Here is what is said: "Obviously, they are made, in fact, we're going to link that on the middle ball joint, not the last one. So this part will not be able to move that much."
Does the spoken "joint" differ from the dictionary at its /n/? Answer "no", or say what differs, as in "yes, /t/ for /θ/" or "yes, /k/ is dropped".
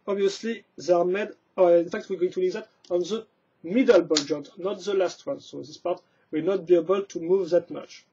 yes, /n/ is dropped